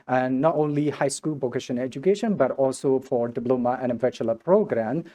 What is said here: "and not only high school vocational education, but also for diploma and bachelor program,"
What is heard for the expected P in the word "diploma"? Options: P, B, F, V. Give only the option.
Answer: B